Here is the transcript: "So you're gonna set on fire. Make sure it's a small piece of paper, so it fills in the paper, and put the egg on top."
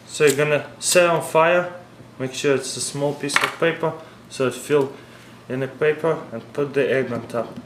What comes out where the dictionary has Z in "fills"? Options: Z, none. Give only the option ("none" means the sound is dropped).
none